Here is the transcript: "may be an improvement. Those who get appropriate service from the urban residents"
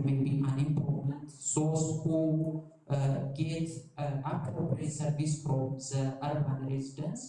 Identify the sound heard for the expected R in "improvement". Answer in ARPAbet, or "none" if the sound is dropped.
none